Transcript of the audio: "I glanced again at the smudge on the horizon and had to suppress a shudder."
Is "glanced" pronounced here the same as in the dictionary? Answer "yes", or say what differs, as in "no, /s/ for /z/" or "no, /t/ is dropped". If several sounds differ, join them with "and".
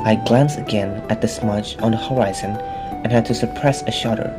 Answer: no, /t/ is dropped